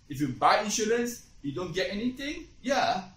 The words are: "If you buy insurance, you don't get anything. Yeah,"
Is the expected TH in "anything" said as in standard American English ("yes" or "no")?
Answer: no